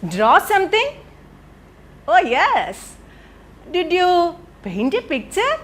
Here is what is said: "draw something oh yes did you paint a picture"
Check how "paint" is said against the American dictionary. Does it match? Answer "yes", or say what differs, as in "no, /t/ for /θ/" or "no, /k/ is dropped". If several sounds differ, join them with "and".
no, /b/ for /p/